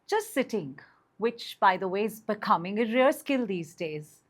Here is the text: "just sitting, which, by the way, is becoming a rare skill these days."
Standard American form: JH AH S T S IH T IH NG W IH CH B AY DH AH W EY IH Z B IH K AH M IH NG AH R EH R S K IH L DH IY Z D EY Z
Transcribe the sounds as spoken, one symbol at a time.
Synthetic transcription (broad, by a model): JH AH S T S IH T IH NG W IH CH B AY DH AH W EY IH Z B IH K AH M IH NG AH R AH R S K IH L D IY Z D EY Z